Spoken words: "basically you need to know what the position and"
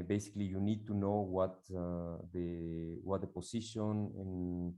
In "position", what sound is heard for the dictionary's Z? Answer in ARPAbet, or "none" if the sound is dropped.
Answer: S